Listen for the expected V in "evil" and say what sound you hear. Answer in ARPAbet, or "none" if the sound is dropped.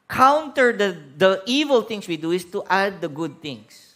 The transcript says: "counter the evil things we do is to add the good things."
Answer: V